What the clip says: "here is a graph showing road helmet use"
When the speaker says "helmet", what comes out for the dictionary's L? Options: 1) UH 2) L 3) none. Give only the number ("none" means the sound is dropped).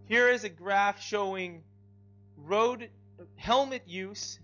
2